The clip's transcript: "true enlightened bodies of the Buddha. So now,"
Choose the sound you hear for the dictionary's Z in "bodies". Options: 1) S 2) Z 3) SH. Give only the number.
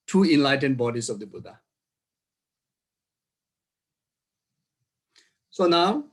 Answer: 1